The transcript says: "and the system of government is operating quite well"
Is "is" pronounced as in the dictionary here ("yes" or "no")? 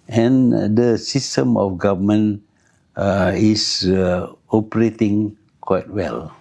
no